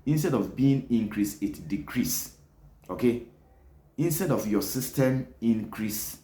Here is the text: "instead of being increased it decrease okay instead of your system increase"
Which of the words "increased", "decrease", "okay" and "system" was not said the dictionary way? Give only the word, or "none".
increased